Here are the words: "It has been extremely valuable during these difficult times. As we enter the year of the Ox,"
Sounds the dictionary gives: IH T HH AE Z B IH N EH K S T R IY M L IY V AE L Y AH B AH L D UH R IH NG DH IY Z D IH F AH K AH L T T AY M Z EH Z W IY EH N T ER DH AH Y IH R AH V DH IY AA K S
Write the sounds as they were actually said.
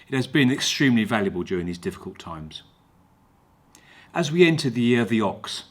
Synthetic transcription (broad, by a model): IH T HH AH Z B IH N EH K S T R IY M L IY V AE L Y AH B AH L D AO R IH NG DH IY Z D IH F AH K AH L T T AY M Z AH Z W IY EH N T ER DH AH Y IH R AH V DH IY AA K S